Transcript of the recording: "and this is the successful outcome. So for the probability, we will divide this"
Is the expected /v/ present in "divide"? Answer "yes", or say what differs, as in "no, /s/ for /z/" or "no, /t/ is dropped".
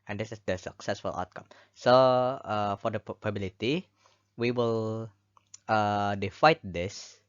no, /f/ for /v/